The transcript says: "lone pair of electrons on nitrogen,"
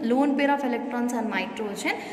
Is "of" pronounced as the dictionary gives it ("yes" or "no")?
no